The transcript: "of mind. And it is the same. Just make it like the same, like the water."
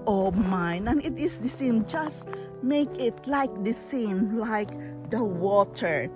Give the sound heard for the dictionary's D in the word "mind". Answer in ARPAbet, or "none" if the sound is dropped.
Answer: none